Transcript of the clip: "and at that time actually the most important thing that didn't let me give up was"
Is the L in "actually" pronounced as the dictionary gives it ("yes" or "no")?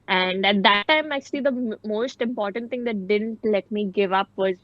yes